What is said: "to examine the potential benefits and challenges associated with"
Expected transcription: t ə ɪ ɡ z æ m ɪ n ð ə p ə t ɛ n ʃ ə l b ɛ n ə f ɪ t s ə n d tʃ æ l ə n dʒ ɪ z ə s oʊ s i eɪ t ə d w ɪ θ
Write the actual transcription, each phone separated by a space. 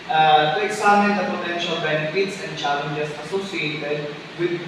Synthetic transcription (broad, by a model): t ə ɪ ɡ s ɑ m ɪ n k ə p ə t ɛ n ʃ ə l b ɛ n ə f ɪ t s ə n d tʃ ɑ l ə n dʒ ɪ s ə s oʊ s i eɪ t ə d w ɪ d